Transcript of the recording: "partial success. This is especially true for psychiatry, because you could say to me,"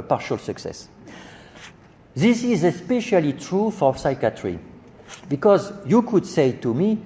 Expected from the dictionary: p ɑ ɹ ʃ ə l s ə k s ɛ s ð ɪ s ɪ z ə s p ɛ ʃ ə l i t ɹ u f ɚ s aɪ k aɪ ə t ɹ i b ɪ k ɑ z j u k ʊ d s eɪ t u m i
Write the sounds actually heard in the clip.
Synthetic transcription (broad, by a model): p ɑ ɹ ʃ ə l s ə k s ɛ s ð ɪ s ɪ z ə s p ɛ ʃ ə l i t ɹ u f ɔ s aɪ k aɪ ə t ɹ i b ɪ k ɑ z j u k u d s eɪ t u m i